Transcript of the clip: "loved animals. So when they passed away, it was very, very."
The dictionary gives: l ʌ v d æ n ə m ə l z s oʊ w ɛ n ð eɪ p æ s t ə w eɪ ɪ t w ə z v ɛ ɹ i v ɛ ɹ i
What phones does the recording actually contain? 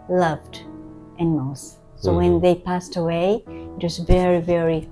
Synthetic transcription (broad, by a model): l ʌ v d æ n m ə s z s oʊ w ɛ n ð eɪ p æ s t ə w eɪ ɪ t w ə z v ɛ ɹ i v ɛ ɹ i